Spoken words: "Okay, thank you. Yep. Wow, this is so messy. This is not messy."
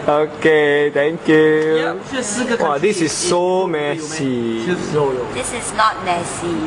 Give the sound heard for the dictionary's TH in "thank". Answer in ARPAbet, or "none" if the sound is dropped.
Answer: T